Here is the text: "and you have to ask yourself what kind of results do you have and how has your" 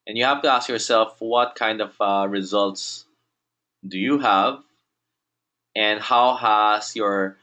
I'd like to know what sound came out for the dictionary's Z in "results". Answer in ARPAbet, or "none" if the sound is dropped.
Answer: Z